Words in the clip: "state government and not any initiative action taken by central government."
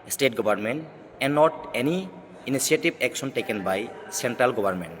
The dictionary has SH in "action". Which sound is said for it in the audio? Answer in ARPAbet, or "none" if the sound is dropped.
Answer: S